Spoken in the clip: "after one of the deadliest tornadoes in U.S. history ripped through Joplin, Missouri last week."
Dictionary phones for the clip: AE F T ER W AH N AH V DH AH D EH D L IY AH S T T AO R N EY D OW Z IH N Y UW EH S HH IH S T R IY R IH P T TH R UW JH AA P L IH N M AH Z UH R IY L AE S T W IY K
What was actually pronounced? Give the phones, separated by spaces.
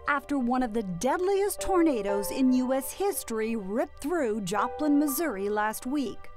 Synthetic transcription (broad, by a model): AE F T ER W AH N AH V DH AH D EH D L IY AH S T T AO R N EY D OW Z IH N Y UW EH S HH IH S T R IY R IH P TH R UW JH AA P L IH N M AH Z UH R IY L AE S T W IY K